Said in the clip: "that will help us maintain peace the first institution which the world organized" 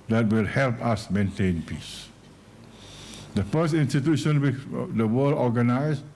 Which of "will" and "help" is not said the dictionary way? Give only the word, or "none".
none